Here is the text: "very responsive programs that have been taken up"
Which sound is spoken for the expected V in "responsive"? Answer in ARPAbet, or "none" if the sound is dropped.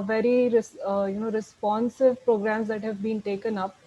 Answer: V